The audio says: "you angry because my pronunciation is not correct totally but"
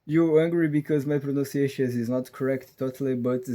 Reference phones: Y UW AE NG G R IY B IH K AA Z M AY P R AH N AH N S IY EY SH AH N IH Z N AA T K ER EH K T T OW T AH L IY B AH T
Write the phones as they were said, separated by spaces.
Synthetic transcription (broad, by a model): Y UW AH NG G R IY B IH K AA Z M AY P R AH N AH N S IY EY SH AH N IH Z N AA T K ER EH K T T OW T AH L IY B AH T